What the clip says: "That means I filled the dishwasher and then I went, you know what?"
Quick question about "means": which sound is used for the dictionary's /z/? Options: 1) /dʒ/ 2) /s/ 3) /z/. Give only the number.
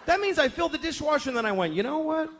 3